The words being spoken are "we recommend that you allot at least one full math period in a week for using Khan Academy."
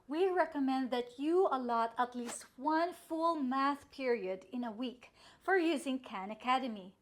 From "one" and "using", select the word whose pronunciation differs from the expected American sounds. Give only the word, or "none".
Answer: none